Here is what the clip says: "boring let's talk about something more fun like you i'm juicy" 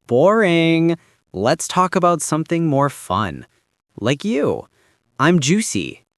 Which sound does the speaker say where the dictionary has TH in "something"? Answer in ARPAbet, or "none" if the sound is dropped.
TH